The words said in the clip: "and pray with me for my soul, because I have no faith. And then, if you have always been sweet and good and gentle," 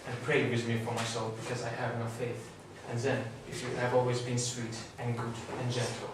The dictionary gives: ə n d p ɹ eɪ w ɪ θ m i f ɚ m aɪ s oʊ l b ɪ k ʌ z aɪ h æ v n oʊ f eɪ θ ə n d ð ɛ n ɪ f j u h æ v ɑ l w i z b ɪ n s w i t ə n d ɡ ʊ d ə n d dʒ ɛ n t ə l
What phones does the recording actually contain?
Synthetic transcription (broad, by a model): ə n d p ɹ eɪ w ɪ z m i f ɚ m aɪ s oʊ l b ɪ k ʌ z aɪ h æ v n oʊ f eɪ θ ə n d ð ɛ n ɪ f j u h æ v ɑ l w i z b ɪ n s w i t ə n ɡ ʊ d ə n dʒ ɛ n t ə l